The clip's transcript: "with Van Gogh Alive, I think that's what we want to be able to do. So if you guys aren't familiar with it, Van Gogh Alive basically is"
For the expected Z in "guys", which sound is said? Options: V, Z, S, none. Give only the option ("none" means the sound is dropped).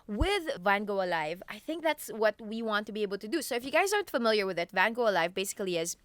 Z